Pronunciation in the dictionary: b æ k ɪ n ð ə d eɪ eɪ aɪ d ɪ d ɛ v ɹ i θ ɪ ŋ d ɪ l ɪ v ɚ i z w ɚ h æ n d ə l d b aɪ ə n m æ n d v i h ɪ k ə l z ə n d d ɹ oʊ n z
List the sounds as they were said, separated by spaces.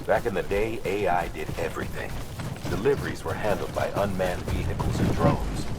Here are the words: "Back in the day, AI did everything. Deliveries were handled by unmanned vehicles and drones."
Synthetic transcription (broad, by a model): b æ k ɪ n ð ə d eɪ eɪ aɪ d ɪ d ɛ v ɹ i θ ɪ ŋ d ɪ l ɪ v ɚ i z w ɚ h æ n d l d b aɪ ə n m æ n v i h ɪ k l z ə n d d ɹ oʊ n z